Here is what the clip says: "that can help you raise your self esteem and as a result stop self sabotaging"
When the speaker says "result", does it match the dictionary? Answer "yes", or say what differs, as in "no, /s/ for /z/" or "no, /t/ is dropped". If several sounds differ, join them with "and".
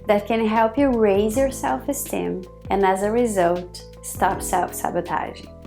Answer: yes